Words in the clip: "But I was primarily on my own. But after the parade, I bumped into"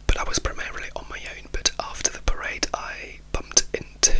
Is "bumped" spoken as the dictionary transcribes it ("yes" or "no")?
yes